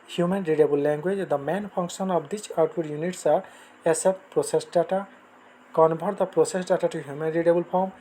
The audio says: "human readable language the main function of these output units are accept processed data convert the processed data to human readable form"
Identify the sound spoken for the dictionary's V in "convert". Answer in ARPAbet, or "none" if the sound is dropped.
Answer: B